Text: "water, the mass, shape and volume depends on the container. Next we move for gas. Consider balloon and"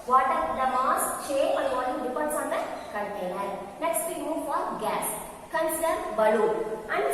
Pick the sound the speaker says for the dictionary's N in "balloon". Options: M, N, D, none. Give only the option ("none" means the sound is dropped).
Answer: none